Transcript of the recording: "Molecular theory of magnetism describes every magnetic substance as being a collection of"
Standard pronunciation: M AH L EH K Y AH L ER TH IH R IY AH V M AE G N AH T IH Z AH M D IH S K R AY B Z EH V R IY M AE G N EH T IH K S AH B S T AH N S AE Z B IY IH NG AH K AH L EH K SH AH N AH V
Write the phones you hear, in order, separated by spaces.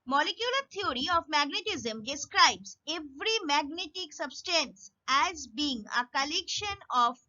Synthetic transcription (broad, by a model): M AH L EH K Y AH L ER T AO R IY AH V M AE G N AH T IH Z AH M D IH S K R AY B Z EH V R IY M AE G N EH T IH K S AH B S T AH N S AE Z B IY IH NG AH K AH L EH K SH AH N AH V